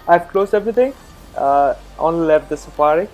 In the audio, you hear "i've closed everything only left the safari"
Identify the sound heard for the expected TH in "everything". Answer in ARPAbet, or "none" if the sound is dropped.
T